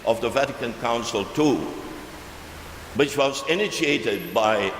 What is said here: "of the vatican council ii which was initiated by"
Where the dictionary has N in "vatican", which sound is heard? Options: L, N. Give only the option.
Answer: N